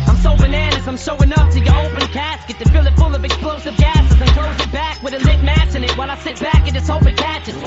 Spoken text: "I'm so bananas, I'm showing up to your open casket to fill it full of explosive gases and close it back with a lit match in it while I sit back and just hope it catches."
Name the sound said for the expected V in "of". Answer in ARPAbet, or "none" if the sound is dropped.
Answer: V